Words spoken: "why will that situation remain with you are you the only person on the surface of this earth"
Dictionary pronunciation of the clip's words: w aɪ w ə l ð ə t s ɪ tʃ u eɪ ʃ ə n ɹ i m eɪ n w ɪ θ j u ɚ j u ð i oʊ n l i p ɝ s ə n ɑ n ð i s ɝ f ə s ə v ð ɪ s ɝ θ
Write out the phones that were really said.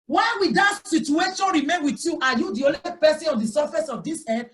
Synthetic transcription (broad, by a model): w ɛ w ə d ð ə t s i tʃ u eɪ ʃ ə n ɹ i m eɪ n w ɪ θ j u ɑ j u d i oʊ l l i p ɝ s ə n ɑ n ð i s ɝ f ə s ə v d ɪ s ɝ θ